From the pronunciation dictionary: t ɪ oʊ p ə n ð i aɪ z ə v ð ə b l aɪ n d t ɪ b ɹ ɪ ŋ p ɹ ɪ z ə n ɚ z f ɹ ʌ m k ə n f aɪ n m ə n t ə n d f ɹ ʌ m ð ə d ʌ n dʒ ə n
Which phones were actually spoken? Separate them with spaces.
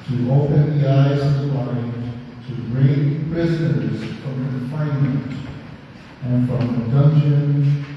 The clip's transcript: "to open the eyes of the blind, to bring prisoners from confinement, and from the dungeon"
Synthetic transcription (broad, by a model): t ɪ oʊ p ə n ð i aɪ z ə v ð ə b aɪ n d t ɪ ɹ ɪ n p ɹ ɪ z ə n ɚ z f ɹ ʌ m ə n f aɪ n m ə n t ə n f ɹ ʌ m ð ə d ʌ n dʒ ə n